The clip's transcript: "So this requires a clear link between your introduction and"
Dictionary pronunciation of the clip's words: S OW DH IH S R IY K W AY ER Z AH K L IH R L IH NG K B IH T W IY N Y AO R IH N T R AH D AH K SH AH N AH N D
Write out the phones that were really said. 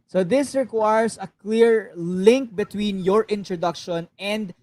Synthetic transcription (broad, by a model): S OW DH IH S R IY K W AY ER S AH K L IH R L IH NG K B IH T W IY N Y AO R IH N T R AH D AH K SH AH N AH N D